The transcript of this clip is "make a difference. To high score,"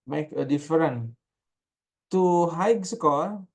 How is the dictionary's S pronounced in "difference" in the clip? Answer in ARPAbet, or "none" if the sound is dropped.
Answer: none